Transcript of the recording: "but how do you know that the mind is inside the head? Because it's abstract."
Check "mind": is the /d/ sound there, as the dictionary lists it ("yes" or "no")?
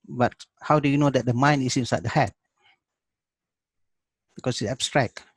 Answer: no